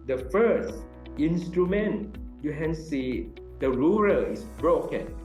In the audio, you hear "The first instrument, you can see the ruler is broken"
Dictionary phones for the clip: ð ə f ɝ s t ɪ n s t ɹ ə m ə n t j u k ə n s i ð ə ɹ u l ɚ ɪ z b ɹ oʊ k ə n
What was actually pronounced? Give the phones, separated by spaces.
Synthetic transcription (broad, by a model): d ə f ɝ s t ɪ n s t ɹ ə m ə n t j u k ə n s i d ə ɹ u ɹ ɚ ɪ s b ɹ oʊ k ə n